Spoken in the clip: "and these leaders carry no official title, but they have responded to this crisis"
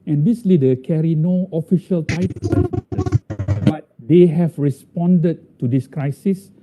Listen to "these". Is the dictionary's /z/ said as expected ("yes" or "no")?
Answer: no